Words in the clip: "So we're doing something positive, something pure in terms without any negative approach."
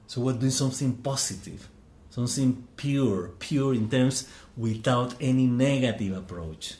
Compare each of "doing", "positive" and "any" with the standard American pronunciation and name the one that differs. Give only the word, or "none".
positive